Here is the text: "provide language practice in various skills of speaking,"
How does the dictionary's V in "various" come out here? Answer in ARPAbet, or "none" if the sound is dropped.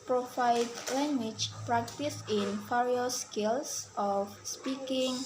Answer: F